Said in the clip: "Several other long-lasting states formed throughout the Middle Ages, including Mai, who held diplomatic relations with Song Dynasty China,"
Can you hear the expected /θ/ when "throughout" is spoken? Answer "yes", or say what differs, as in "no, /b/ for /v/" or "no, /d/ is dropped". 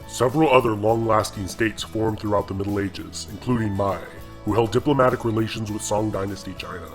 yes